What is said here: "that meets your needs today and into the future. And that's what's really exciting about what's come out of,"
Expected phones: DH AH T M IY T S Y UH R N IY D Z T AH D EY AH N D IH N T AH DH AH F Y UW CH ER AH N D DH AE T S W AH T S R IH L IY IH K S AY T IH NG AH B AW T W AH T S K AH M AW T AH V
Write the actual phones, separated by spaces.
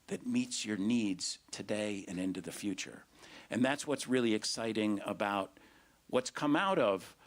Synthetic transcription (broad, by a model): DH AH T M IY T S Y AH R N IY D Z T AH D EY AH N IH N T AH DH AH F Y UW CH ER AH N DH AE T S W AH T S R IH L IY IH K S AY T IH NG AH B AW T W AH T S K AH M AW T AH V